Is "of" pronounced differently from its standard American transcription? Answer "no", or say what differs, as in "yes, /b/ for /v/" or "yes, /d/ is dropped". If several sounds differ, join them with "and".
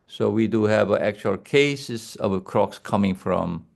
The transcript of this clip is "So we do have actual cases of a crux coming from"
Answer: yes, /b/ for /v/